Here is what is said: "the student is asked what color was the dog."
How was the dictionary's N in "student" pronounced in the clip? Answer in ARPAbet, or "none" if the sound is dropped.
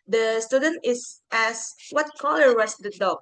N